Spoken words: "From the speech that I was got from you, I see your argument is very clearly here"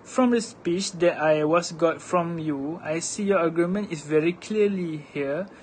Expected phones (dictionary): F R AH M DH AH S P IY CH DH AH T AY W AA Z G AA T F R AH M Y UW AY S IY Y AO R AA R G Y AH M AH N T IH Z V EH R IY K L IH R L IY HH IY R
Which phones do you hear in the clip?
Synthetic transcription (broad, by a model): F R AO M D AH S P IY CH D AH T AY W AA S G AA T F R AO M Y UW AY S IY Y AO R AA G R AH M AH N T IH S V EH R IY K L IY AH L IY HH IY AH